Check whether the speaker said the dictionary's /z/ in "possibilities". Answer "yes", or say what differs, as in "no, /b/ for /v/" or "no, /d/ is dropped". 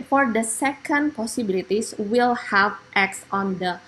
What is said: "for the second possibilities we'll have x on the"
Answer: no, /s/ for /z/